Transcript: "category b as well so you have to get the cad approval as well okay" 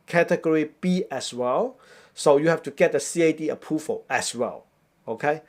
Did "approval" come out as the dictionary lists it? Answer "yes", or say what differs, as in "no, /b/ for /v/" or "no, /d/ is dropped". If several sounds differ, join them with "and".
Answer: no, /f/ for /v/